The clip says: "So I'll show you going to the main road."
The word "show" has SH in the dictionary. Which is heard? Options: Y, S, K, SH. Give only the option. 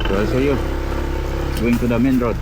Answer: S